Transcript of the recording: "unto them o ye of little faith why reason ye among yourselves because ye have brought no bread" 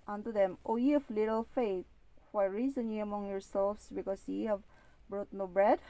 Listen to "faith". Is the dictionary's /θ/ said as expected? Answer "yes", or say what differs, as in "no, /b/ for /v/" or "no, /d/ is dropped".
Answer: no, /t/ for /θ/